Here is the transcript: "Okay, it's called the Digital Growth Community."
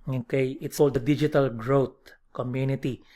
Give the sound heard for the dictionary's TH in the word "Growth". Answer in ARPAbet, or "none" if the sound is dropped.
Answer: T